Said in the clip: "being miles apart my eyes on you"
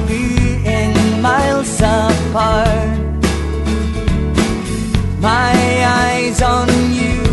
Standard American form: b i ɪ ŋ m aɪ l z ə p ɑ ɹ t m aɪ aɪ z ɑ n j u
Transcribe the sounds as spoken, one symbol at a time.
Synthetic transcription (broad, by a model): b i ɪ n m aɪ l s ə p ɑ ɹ m aɪ aɪ z n j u